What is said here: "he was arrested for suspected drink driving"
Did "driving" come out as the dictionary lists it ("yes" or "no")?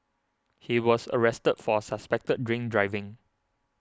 yes